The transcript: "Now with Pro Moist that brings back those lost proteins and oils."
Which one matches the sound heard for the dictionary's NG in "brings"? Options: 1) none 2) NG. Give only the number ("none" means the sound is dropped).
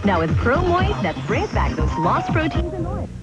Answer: 1